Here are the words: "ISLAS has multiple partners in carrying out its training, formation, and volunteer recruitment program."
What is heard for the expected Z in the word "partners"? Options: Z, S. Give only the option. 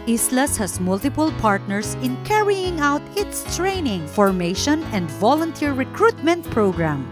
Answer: S